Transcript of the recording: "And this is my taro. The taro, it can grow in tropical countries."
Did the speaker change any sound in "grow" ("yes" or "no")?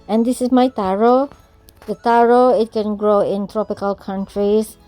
no